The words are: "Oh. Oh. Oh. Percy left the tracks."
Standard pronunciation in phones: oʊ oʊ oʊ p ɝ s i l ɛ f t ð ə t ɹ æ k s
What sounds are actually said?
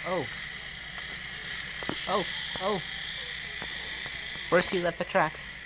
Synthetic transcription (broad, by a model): oʊ oʊ oʊ f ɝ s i l ɛ f t ð ə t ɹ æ k s